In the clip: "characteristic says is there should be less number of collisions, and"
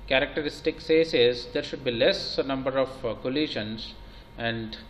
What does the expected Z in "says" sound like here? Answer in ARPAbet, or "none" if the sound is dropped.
S